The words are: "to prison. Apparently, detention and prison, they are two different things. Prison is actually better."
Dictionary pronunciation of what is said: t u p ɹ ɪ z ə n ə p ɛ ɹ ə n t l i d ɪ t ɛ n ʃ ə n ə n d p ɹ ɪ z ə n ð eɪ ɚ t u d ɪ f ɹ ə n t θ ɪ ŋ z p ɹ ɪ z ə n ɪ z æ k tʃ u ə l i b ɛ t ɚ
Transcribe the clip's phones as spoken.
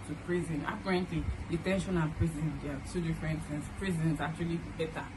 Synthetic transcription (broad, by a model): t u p ɹ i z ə n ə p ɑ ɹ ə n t l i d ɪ t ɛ n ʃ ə n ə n p ɹ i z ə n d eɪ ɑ t u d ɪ f ɹ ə n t s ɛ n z p ɹ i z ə n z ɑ k tʃ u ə l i b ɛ t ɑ